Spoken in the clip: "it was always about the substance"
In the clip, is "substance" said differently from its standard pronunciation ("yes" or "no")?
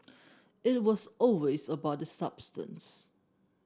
no